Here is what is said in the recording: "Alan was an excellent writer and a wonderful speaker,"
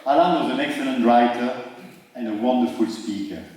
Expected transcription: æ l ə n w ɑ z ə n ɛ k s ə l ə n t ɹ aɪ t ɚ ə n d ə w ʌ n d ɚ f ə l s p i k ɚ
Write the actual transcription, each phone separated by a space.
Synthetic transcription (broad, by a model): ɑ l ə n w ɑ z ə n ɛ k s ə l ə n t ɹ aɪ t ɚ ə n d ə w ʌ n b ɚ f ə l s p i k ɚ